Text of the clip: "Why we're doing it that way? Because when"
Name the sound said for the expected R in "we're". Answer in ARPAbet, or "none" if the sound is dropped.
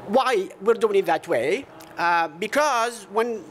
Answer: R